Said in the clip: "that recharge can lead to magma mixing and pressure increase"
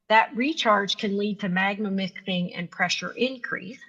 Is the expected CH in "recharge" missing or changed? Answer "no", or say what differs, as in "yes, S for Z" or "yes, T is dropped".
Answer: no